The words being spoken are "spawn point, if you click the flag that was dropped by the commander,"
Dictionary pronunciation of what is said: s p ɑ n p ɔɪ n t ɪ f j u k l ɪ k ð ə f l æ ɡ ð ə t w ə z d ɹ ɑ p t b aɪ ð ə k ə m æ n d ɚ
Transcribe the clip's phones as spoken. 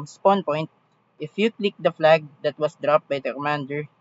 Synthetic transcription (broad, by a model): s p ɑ n p ɔɪ n t ɪ f j u k l ɪ k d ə f l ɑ ɡ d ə t w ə s d ɹ ɑ p t b aɪ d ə k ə m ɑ n d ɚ